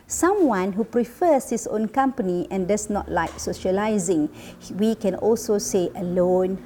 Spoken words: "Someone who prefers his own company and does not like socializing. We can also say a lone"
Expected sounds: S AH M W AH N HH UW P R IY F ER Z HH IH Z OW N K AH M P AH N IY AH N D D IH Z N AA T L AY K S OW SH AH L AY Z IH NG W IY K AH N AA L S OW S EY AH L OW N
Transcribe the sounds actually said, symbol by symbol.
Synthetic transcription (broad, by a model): S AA M W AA N HH UW P R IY F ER S HH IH S OW N K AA M P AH N IY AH N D D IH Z N AA T L AY K S OW SH AH L AY Z IH NG W IY K AH N AA L S OW S EY AH L OW N